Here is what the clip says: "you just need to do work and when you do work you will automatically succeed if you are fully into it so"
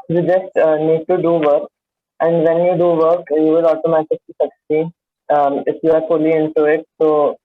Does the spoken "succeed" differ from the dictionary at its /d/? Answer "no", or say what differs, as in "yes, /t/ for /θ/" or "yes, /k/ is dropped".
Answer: yes, /d/ is dropped